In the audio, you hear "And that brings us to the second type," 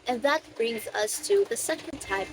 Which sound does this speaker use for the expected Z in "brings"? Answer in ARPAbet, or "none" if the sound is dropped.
Z